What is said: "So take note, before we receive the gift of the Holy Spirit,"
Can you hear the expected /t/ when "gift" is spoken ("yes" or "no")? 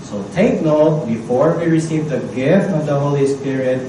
yes